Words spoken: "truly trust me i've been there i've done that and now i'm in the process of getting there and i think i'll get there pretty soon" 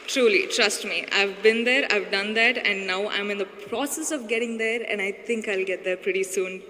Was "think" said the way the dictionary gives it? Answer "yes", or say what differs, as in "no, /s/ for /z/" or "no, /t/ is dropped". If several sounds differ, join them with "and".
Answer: no, /t/ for /θ/